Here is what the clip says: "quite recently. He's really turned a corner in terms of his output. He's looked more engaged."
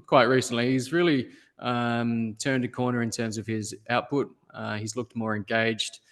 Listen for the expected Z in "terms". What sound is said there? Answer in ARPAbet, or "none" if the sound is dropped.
Z